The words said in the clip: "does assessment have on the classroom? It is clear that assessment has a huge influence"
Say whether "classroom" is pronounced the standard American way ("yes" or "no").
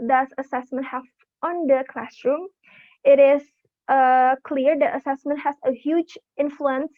yes